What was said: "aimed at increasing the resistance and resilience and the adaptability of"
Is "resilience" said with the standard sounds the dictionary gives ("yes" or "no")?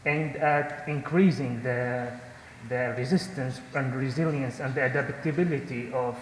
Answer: yes